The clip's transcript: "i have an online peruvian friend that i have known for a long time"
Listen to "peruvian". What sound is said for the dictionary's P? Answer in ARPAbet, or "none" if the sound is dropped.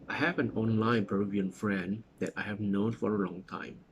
B